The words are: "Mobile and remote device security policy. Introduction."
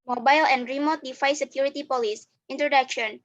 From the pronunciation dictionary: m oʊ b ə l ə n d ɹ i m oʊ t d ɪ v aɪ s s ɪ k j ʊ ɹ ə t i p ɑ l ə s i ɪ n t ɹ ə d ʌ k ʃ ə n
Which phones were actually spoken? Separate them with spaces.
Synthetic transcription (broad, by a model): m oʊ b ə l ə n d ɹ i m oʊ t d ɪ f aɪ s s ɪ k j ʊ ɹ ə t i p ɑ l ə s i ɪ n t ɹ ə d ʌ k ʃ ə n